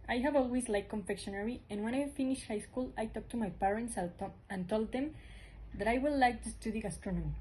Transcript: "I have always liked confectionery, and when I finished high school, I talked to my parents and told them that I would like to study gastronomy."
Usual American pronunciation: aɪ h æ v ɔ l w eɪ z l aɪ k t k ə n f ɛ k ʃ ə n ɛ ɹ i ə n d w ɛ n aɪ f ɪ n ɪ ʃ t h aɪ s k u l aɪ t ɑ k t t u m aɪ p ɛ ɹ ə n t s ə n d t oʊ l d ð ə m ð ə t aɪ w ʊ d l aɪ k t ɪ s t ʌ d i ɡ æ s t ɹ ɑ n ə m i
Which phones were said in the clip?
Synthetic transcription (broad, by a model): aɪ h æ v ɔ l w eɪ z l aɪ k k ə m f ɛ k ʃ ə n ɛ ɹ i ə n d w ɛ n aɪ f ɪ n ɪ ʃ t h aɪ s k u l aɪ t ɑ k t t u m aɪ p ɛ ɹ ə n t s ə n t oʊ l d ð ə m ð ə t aɪ w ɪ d l aɪ k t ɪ s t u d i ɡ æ s t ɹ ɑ n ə m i